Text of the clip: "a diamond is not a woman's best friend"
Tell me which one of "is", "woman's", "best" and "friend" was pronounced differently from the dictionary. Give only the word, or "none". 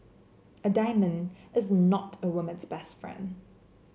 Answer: none